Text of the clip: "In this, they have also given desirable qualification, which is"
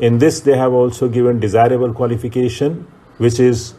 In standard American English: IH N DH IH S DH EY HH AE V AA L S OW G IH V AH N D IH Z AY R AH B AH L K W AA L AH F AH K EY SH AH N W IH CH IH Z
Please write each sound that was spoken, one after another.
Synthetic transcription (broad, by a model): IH N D IH S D EY HH AE V AA L S OW G IH V AH N D IH Z AY R AH B AH L K W AA L AH F AH K EY SH AH N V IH CH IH Z